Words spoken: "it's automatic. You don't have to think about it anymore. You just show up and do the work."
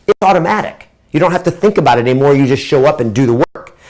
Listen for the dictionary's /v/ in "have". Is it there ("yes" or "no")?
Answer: no